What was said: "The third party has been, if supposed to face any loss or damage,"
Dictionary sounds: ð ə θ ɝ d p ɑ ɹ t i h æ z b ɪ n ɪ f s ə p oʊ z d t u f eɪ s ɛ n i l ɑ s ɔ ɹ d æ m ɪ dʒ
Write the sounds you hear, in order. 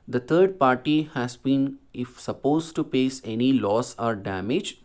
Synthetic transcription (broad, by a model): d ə t ɝ d p ɑ ɹ t i h æ z b ɪ n ɪ f s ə p oʊ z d t u p eɪ s ɛ n i l ɑ s ɔ ɹ d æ m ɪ dʒ